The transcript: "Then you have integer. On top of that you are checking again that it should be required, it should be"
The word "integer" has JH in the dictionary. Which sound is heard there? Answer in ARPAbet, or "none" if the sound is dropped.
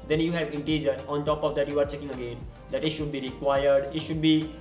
JH